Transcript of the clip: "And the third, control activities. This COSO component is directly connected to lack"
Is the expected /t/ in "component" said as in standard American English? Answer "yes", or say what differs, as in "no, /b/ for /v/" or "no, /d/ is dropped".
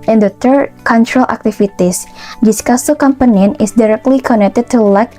no, /t/ is dropped